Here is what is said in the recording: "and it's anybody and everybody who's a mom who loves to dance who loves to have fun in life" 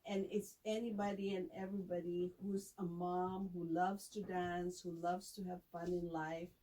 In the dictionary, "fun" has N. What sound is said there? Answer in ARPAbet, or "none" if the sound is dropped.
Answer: N